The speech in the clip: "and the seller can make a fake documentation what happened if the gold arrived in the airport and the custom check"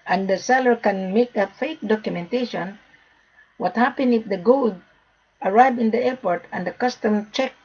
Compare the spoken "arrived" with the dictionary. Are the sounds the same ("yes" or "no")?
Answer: no